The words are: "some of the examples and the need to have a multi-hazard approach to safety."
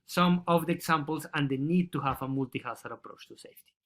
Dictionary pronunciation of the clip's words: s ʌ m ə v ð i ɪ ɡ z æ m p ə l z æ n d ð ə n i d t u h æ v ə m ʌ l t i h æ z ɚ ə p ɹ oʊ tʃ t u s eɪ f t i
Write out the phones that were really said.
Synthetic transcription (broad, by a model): s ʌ m ə v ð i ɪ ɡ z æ m p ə l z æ n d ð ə n i d t u h æ v ə m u l t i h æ s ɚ ə p ɹ oʊ tʃ t u s eɪ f t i